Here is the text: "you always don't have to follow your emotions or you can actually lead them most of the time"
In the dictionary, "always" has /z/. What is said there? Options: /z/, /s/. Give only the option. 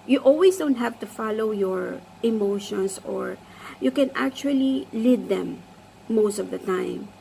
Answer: /s/